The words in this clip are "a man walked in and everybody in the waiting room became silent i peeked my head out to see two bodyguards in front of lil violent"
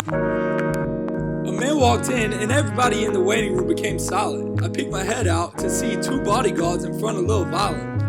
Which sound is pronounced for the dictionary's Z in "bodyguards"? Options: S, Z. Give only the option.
Z